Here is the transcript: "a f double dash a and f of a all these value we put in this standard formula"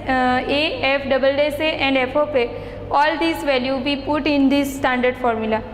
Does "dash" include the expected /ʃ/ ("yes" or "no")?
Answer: no